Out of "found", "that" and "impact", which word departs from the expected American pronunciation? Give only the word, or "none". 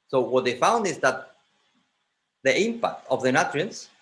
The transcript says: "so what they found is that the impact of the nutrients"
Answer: none